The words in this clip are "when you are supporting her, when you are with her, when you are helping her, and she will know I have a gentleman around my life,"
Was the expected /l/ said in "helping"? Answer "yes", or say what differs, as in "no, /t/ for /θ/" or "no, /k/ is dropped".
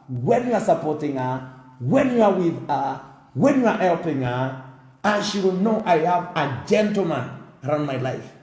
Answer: yes